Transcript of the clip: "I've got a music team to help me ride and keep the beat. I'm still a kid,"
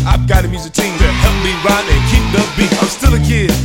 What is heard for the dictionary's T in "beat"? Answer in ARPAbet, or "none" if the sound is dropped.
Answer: none